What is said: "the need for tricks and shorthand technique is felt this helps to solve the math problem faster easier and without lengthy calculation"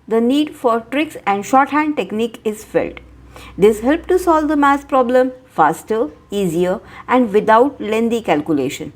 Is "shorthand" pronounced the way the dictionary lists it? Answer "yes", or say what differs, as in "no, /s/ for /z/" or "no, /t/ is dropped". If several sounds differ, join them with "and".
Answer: yes